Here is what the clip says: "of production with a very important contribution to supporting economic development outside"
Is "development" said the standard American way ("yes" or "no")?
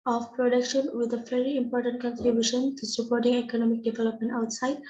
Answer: yes